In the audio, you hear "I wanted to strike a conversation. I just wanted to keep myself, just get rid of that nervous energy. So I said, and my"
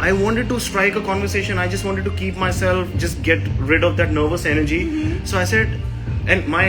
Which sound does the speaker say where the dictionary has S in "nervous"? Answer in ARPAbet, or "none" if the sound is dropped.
S